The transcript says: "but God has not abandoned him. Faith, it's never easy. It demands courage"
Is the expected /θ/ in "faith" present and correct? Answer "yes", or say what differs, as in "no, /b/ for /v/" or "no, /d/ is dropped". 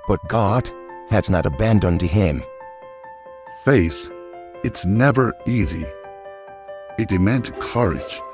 no, /s/ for /θ/